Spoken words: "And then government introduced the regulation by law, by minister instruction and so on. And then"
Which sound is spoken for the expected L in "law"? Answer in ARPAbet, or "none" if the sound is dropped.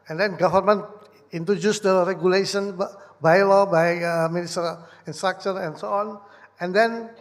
L